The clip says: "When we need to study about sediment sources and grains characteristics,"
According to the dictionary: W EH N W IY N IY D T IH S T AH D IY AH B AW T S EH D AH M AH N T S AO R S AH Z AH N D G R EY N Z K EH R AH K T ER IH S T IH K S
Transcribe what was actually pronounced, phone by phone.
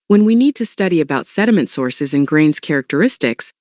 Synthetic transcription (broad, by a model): W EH N W IY N IY D T IH S T AH D IY AH B AW T S EH D AH M AH N T S AO R S AH Z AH N G R EY N Z K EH R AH K T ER IH S T IH K S